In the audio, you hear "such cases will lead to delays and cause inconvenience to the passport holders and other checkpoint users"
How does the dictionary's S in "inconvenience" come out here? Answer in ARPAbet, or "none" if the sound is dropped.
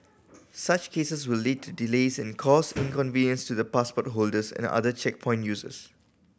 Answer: S